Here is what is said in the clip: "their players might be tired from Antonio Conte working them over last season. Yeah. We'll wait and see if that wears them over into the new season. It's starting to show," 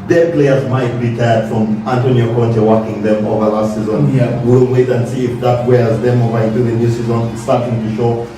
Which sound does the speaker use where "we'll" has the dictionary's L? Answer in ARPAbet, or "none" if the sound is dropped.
N